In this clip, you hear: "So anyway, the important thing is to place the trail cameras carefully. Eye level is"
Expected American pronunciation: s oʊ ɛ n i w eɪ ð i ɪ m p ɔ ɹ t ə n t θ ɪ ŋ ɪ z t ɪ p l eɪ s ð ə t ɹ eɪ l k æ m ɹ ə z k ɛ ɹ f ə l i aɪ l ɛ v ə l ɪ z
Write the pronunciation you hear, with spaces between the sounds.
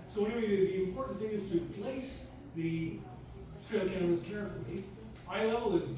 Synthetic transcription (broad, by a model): s oʊ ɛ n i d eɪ ð i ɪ m p ɔ ɹ t n θ ɪ ŋ ɪ z t ɪ p l eɪ s ð ə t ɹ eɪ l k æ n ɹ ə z k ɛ ɹ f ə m i aɪ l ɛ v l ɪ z